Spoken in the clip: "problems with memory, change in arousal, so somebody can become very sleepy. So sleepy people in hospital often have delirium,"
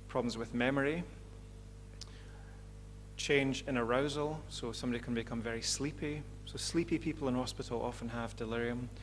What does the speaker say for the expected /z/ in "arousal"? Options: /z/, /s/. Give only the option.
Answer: /z/